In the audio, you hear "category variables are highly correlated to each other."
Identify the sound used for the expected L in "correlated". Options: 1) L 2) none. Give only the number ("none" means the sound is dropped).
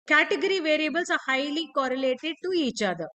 1